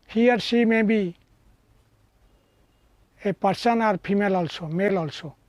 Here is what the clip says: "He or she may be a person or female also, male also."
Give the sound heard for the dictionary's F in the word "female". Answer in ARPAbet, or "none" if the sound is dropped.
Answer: P